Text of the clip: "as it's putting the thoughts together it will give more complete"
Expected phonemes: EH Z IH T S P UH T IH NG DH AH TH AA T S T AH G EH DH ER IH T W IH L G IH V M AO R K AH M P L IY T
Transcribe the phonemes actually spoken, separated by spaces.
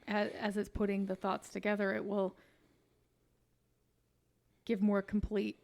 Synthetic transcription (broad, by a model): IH Z IH T S P UH T IH NG DH AH TH AA T S T AH G EH DH ER IH T W IH L G IH V M AO R K M P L IY T